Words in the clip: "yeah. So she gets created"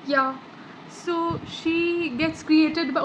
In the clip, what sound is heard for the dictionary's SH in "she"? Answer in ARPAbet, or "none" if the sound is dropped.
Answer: SH